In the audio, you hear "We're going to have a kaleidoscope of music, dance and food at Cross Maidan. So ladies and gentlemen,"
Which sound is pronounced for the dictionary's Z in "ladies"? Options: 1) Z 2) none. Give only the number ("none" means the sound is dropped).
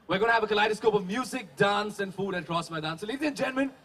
2